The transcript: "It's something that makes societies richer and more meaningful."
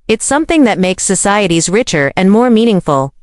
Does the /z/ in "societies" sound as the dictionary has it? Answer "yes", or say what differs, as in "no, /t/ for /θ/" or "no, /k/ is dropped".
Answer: yes